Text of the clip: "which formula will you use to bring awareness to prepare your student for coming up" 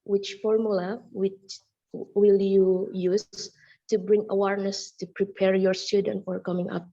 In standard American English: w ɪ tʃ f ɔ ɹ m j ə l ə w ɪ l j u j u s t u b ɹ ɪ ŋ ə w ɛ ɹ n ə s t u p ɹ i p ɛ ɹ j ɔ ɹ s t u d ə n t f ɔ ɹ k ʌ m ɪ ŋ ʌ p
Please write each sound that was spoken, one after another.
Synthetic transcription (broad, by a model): w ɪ tʃ f ɔ ɹ m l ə w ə w ɪ l j u j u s t u b ɹ ɪ ŋ ə w ɛ ɹ n ə s t u p ɹ i p ɛ ɹ j ɔ ɹ s t u d ə n t f ɔ ɹ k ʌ m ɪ ŋ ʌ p